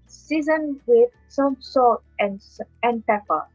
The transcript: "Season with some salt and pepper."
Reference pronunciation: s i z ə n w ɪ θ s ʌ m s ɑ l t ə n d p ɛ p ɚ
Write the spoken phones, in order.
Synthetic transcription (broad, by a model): s i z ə n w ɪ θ s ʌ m s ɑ t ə n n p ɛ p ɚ